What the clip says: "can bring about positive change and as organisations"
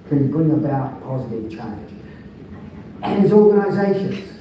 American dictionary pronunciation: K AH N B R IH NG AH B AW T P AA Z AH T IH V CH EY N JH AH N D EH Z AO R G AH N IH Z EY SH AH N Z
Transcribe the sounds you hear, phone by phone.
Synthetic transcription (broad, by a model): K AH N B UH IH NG AH B AW T P AA Z AH T IH V CH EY N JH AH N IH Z AO R G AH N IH Z EY SH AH N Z